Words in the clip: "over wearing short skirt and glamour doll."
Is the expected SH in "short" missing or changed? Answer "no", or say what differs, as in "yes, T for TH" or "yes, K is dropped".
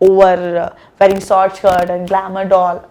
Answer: yes, S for SH